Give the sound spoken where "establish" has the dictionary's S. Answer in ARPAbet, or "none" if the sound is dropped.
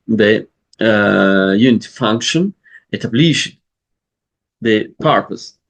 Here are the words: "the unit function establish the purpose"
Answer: none